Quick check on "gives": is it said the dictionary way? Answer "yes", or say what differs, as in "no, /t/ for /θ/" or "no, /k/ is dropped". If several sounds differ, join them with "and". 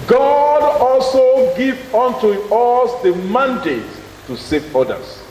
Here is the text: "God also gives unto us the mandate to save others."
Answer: no, /z/ is dropped